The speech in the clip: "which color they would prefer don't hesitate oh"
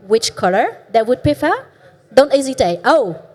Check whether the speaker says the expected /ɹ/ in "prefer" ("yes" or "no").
no